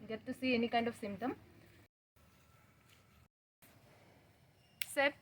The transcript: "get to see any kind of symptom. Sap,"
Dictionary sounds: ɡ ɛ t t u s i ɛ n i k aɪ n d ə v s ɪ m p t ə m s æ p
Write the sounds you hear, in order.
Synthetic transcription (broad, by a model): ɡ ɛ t t u s i ɛ n i k aɪ n d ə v s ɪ m t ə m s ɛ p